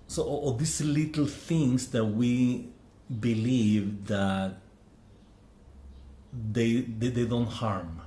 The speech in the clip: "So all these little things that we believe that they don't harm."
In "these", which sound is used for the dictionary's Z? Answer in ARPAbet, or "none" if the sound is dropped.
S